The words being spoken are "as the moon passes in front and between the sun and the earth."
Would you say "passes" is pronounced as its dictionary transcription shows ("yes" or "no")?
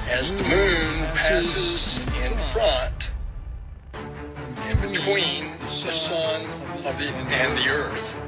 yes